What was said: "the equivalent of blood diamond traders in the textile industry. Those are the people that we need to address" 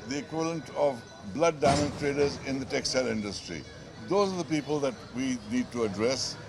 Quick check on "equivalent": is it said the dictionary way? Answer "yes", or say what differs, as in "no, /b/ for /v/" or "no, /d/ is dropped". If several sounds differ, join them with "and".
yes